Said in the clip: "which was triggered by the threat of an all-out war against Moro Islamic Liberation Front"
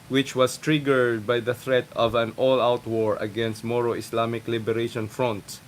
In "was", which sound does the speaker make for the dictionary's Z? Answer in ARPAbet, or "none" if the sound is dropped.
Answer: S